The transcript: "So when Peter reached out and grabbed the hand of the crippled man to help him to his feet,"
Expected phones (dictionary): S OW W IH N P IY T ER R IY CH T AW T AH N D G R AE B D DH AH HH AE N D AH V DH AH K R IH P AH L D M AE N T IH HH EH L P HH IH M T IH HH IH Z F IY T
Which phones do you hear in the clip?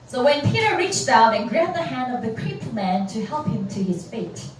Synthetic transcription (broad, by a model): S OW W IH N P IY T ER R IY CH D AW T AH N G R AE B DH AH HH AE N D AH V DH AH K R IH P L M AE N T IH HH EH L P HH IH M T IH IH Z F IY T